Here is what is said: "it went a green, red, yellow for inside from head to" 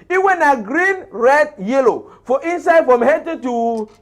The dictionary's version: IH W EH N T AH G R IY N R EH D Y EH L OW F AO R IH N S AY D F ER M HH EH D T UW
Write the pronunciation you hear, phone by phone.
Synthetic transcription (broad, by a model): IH W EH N AH G R IY N R EH D Y EH L OW F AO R IH N S AY D F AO M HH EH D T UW